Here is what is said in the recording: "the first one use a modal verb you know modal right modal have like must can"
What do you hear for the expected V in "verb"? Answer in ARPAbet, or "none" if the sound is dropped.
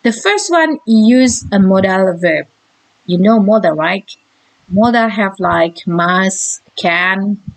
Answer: V